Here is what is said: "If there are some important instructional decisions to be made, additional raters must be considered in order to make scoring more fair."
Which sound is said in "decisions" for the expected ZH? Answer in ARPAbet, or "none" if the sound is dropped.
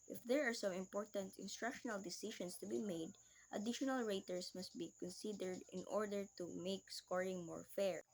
SH